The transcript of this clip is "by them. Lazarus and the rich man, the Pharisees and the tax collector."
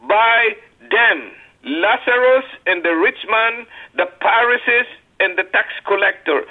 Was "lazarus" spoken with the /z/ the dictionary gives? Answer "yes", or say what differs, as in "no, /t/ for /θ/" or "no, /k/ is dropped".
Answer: no, /s/ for /z/